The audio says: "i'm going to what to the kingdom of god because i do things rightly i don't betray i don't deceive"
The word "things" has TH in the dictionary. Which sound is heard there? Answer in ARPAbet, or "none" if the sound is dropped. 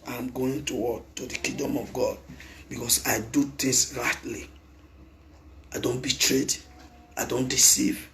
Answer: T